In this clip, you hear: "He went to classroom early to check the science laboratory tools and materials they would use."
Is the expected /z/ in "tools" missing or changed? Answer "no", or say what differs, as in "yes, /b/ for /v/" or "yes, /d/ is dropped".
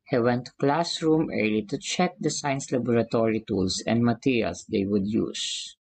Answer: yes, /s/ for /z/